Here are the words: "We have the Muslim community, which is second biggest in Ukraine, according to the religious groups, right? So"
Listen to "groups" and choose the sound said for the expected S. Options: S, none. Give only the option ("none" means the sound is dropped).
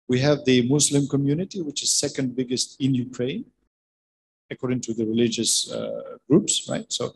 S